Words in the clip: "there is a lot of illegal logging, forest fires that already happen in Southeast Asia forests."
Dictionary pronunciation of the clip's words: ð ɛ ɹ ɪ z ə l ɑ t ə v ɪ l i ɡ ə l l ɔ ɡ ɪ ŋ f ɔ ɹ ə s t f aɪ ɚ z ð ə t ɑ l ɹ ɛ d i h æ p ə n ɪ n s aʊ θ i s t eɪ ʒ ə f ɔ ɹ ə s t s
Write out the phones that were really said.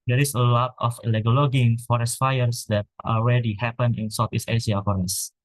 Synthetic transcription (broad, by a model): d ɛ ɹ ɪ s ə l ɑ t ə f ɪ l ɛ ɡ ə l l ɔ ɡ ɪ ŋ f ɔ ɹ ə s f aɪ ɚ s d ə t ɑ l ɹ ɛ d i h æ p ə n ɪ n s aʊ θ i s eɪ s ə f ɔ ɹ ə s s